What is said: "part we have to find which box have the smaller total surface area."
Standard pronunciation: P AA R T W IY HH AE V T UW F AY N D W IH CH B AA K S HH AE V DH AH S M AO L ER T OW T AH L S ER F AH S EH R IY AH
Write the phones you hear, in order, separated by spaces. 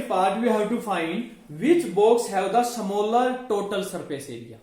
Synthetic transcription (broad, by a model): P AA R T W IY HH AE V T UW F AY N D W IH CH B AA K S HH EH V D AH S M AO L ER T OW T AH L S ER P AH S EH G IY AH